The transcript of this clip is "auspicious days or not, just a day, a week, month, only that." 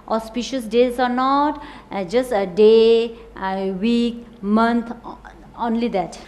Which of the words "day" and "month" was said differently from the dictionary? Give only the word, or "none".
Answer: month